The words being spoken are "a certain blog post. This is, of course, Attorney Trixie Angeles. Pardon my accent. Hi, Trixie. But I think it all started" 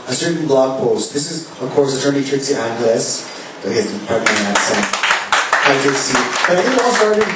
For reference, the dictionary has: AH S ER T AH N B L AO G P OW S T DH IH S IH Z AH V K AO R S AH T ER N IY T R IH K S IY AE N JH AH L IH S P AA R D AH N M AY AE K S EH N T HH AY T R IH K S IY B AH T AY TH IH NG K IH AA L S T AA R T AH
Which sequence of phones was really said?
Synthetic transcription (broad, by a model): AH S ER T N B L AO G P OW S T DH IH S IH Z AH V K AO R S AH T ER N IY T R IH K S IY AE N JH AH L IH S B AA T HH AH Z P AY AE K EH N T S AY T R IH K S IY B AH T AY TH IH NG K IH AA L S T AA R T